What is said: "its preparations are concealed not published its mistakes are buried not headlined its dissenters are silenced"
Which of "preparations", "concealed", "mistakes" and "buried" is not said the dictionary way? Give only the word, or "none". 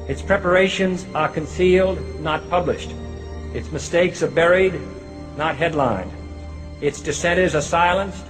none